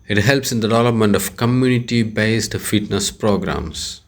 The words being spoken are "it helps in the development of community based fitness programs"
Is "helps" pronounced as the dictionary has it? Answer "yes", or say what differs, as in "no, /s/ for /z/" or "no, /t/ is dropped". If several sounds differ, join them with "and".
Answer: yes